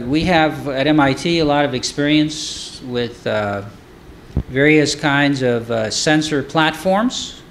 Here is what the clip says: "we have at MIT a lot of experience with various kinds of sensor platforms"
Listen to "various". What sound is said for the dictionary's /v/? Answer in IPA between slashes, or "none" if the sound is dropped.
/v/